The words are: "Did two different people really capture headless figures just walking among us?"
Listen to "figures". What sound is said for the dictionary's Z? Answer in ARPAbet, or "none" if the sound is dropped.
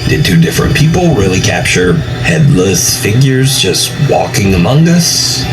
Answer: Z